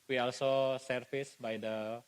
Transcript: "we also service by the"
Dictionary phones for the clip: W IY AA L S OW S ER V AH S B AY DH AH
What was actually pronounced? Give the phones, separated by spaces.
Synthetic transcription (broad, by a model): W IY AA L S OW S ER F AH S B AY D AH